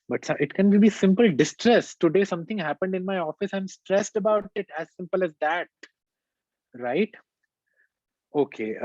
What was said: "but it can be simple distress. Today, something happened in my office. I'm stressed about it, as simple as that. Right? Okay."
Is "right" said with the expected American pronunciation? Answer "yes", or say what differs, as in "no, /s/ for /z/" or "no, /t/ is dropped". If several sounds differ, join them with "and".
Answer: yes